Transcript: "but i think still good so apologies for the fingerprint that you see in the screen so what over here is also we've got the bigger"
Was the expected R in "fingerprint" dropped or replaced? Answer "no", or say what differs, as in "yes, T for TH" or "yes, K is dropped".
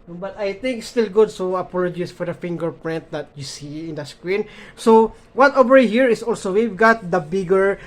no